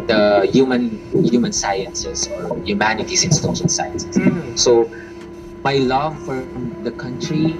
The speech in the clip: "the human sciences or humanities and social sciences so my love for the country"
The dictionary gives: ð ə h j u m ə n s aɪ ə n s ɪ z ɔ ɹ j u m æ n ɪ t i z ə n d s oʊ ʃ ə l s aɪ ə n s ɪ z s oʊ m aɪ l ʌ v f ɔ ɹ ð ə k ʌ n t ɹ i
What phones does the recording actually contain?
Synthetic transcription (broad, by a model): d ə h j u m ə n s aɪ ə n s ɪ s ɔ ɹ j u m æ n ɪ t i s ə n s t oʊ s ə n s aɪ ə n s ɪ s oʊ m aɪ l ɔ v f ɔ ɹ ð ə k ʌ n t ɹ i